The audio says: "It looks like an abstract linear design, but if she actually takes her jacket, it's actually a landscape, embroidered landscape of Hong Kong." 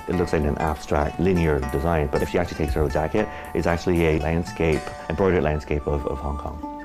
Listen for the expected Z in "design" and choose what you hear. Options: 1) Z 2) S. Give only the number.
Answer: 1